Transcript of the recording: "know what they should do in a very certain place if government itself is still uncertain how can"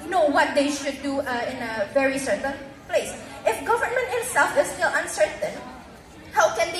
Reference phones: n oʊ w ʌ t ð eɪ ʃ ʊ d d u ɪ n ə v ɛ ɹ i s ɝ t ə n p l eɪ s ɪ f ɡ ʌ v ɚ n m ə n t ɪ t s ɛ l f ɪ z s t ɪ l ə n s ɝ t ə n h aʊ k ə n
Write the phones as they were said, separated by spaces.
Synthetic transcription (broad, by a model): n oʊ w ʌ t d eɪ ʃ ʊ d d u ɪ n ə v ɛ ɹ i s ɝ t ə n p l eɪ s ɪ f ɡ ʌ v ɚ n m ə n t ɪ t s ɛ l f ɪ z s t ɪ l ə n s ɝ t ə n h aʊ k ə n